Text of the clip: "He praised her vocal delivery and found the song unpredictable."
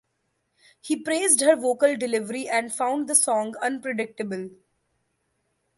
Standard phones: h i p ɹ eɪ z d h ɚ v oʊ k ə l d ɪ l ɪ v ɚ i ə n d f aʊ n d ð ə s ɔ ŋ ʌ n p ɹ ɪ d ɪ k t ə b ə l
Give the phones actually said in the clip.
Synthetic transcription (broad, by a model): h i p ɹ eɪ z d h ɚ v oʊ k ə l d ɪ l ɪ v ɚ i ə n d f aʊ n d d ə s ɔ ŋ ʌ n p ɹ ɪ d ɪ k t ə b ə l